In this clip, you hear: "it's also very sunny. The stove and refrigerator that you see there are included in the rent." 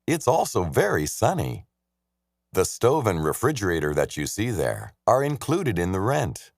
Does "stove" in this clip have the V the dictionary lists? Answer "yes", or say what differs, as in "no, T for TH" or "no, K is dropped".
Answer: yes